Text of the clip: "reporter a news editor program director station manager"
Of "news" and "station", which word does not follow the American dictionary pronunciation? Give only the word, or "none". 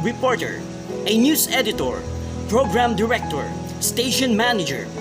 news